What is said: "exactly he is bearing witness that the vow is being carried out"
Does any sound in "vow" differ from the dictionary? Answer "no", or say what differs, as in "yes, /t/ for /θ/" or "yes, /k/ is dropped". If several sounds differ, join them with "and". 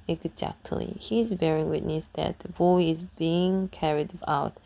yes, /b/ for /v/